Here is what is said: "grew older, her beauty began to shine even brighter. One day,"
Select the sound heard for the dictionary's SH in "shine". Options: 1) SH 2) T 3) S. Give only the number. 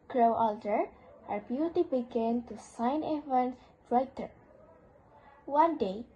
3